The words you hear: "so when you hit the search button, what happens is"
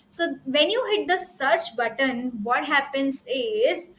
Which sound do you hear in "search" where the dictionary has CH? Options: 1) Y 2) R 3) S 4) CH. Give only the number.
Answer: 4